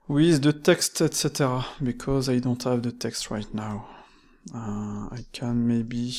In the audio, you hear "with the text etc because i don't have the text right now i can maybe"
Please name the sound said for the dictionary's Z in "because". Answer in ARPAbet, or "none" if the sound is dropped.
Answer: Z